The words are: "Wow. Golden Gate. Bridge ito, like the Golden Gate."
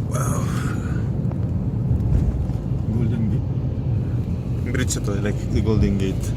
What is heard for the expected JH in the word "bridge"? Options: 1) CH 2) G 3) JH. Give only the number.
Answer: 1